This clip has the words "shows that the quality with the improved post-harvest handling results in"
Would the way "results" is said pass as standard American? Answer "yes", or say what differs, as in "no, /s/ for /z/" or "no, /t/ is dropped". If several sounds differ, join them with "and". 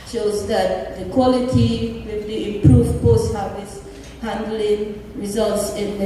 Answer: yes